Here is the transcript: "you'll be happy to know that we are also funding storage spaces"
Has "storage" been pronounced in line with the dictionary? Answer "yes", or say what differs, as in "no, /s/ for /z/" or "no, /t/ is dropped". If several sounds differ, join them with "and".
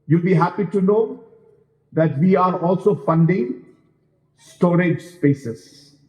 yes